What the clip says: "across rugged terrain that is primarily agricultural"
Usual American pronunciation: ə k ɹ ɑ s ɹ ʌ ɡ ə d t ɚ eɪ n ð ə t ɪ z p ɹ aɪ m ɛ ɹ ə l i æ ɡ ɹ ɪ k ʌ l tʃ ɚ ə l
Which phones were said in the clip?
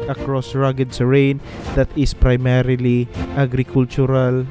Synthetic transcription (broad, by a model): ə k ɹ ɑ s ɹ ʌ ɡ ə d s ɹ eɪ n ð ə t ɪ s p ɹ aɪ m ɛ ɹ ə l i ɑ ɡ ɹ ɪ k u l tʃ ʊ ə l